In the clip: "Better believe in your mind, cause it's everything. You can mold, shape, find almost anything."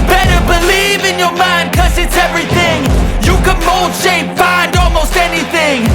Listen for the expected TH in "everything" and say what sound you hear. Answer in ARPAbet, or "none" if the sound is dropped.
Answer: TH